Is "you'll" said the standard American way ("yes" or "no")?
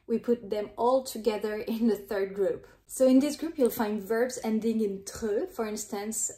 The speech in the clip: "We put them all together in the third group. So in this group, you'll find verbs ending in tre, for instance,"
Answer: yes